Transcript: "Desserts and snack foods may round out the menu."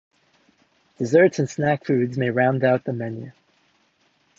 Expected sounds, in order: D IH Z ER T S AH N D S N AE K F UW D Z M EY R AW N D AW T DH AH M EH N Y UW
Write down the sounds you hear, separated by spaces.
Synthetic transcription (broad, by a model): D IH Z ER T S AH N S N AE K F UW D Z M EY R AW N D AW T DH AH M EH N Y UW